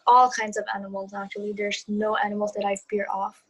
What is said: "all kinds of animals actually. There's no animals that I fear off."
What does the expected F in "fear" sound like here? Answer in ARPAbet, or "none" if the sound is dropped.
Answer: P